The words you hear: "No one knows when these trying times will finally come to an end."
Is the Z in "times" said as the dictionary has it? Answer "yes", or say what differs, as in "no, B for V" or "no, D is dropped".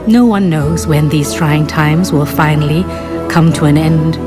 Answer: yes